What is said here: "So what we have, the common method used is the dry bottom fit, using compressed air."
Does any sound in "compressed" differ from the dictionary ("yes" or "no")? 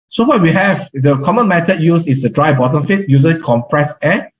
yes